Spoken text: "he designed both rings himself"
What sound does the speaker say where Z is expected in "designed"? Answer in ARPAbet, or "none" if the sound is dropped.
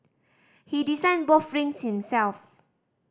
S